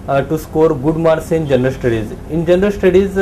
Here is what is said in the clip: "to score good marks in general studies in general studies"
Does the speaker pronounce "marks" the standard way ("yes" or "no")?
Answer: no